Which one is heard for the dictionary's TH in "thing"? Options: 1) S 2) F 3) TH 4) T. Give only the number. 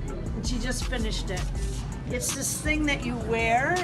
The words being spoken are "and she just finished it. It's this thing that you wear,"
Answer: 3